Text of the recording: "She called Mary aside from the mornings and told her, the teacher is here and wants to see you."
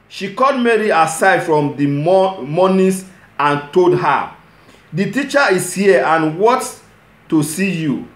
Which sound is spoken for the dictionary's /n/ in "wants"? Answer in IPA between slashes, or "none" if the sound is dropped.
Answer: none